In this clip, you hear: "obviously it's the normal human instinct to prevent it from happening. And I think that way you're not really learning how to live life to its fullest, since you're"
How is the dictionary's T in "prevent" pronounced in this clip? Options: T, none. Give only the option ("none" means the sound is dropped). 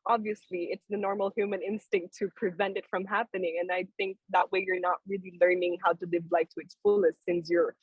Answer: T